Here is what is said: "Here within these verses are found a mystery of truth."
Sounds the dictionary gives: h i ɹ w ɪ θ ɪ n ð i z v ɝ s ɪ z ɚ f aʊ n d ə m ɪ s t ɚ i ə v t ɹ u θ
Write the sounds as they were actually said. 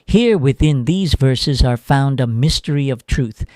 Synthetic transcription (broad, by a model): h i ɹ w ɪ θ ɪ n ð i z v ɝ s ɪ z ɚ f aʊ n d ə m ɪ s t ɚ i ə v t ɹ u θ